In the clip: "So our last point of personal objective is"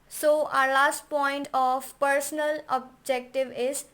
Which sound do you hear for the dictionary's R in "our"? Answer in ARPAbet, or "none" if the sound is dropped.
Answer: R